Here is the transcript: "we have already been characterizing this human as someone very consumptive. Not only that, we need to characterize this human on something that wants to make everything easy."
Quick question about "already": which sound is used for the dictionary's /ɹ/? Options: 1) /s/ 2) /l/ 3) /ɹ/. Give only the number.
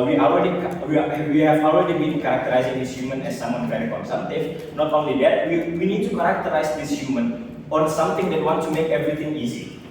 2